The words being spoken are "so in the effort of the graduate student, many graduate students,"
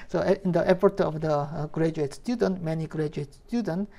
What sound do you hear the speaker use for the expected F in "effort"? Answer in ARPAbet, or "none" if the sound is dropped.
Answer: P